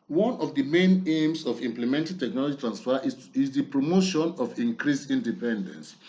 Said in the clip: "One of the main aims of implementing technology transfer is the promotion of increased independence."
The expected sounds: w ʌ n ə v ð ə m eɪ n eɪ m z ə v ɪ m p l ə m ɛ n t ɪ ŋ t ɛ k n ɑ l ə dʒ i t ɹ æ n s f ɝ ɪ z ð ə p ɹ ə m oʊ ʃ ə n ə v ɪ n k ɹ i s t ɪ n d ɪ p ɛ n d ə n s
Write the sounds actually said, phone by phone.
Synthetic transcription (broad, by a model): w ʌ n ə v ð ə m eɪ n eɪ m s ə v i m p l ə m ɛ n t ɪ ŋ t ɛ k n ɑ l ə dʒ i t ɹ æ n s f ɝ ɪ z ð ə p ɹ ə m oʊ ʃ ə n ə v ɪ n k ɹ i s i n d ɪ p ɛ n d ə n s